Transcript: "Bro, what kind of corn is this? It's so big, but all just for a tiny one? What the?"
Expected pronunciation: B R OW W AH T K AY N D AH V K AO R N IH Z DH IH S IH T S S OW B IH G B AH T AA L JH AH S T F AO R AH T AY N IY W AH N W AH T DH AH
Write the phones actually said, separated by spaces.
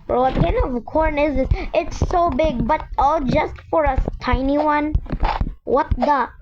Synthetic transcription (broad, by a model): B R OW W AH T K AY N AH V K AO R N IH Z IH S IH T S S OW B IH G B AH T AA L JH AH S T F AO R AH T AY N IY W AH N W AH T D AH